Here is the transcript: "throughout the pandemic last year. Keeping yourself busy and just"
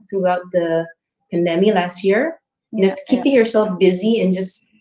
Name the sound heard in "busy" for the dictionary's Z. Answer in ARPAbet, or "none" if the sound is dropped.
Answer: Z